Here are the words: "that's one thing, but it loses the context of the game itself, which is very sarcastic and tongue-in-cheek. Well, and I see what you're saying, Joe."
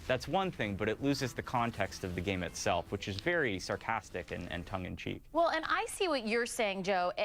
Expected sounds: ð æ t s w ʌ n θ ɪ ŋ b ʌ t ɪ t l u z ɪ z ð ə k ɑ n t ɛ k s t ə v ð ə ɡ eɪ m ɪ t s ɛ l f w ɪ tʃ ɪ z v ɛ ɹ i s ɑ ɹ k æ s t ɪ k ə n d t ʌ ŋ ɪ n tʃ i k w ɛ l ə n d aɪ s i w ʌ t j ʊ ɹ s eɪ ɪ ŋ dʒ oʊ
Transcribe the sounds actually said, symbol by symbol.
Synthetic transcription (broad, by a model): ð æ t s w ʌ n θ ɪ ŋ b ʌ t ɪ t l u z ɪ z ð ə k ɑ n t ɛ k s t ə v ð ə ɡ eɪ m ɪ t s ɛ l f w ɪ tʃ ɪ z v ɛ ɹ i s ɑ ɹ k æ s t ɪ k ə n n t ʌ ŋ ɪ n tʃ i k w ɛ l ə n aɪ s i w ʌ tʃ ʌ ɹ s eɪ ɪ ŋ dʒ oʊ